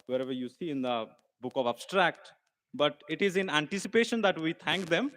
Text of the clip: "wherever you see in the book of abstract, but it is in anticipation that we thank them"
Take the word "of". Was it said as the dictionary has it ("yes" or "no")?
yes